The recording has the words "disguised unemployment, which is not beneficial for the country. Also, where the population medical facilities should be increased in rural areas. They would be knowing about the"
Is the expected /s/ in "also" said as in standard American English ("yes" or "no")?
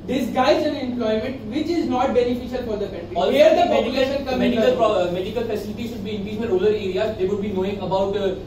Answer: no